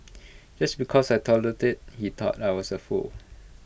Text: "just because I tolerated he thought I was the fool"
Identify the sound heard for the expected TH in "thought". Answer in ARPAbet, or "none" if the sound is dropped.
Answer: T